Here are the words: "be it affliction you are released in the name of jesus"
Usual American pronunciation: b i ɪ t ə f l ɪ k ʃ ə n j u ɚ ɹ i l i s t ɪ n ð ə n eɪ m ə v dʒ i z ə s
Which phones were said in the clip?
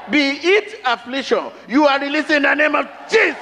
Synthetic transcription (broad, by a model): b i ɪ t ə f l ɪ k ʃ ə n j u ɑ ɹ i l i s ɪ n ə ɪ m ə v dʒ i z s